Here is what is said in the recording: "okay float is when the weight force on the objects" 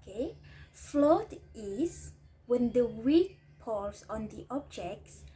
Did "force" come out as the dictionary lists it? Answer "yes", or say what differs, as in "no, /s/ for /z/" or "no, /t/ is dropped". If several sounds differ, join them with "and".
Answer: no, /p/ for /f/ and /l/ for /ɹ/